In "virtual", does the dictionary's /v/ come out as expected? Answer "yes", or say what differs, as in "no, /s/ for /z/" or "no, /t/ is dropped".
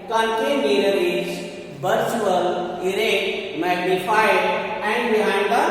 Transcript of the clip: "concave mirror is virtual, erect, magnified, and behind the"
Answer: no, /b/ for /v/